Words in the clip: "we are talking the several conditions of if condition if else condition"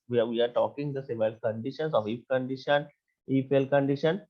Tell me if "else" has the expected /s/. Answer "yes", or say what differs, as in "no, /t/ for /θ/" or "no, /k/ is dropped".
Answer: no, /s/ is dropped